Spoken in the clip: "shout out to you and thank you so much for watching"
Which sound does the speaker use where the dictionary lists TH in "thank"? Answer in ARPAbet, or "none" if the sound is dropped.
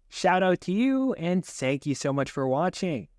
TH